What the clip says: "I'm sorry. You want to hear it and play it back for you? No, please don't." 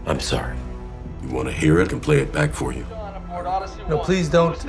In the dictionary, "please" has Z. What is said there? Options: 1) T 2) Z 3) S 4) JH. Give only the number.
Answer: 2